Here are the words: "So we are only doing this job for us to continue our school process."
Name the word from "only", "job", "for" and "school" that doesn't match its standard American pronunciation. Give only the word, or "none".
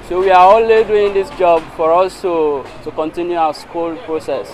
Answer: only